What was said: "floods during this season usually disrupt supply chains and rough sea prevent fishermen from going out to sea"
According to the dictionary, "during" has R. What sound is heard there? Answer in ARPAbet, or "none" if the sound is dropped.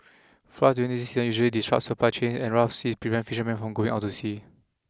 none